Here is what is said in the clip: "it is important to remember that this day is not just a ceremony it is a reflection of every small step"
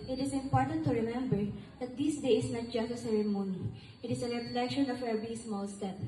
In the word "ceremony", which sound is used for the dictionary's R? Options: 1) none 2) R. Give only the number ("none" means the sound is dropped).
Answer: 2